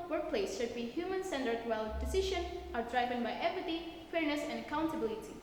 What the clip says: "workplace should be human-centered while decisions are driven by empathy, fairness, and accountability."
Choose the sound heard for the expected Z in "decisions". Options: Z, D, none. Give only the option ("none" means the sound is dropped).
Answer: none